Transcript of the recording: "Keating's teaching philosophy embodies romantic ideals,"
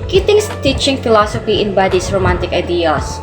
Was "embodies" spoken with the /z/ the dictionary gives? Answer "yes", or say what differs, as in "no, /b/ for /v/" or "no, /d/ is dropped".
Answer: no, /s/ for /z/